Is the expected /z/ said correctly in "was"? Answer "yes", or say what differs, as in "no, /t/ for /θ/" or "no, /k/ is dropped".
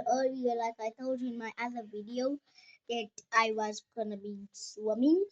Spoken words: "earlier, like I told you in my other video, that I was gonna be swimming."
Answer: yes